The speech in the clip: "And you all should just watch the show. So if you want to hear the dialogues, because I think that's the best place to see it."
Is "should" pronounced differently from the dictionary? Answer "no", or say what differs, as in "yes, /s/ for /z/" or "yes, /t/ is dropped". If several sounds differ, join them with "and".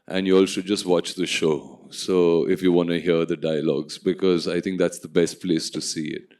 yes, /s/ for /ʃ/